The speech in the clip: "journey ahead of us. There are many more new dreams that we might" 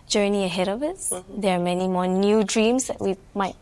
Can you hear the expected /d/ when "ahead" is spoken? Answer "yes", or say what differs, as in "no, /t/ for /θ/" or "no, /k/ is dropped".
yes